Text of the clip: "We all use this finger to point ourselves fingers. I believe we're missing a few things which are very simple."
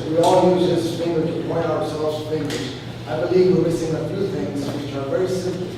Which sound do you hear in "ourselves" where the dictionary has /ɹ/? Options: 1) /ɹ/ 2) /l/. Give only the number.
1